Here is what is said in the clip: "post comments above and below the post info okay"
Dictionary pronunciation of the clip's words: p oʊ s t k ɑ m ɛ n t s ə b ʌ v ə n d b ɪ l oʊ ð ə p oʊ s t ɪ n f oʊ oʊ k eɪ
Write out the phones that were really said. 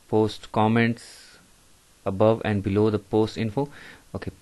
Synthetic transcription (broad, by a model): p oʊ s t k ɑ m ɛ n t s ə b ʌ v ə n d b ɪ l oʊ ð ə p oʊ s t ɪ n f oʊ oʊ k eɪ